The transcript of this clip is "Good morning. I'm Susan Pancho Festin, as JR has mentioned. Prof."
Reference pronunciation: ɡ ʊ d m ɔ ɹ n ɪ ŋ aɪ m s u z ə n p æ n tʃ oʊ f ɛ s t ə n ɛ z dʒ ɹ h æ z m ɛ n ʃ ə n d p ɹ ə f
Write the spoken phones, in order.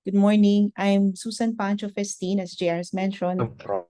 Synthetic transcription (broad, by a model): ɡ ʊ d m ɔ ɹ n ɪ ŋ aɪ m s u s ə n p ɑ n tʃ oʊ f ɛ s t ə n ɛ s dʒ ɹ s m ɛ n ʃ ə n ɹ